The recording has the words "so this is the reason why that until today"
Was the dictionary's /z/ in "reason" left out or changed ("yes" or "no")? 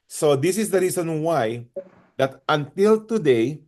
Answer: yes